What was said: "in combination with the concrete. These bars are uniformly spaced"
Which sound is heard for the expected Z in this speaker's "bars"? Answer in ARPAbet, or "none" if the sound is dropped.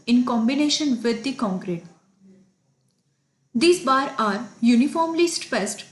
none